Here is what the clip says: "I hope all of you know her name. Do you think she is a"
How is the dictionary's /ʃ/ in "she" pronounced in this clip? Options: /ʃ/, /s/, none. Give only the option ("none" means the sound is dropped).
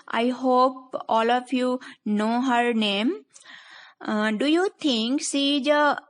/s/